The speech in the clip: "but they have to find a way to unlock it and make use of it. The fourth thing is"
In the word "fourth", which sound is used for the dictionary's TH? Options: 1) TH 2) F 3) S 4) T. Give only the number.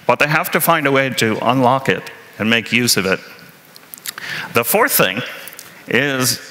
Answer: 1